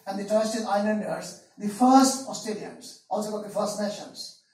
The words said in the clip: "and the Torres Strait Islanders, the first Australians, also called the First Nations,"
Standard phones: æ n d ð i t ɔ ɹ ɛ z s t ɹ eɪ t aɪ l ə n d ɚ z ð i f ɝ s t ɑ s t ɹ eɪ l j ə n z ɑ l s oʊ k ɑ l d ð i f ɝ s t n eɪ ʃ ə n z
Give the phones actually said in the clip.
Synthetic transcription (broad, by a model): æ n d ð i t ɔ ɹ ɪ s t eɪ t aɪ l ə n d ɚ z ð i f ɝ s t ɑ s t eɪ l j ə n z ɑ l s oʊ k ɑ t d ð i f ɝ s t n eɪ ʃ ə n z